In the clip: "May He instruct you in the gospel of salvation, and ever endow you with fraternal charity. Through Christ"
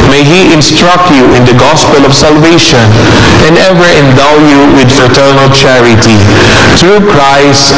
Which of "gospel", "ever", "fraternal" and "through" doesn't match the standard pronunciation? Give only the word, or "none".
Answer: through